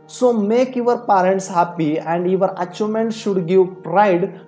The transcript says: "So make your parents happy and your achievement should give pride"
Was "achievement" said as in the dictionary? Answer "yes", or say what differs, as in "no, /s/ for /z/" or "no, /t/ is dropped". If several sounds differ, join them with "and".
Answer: no, /v/ is dropped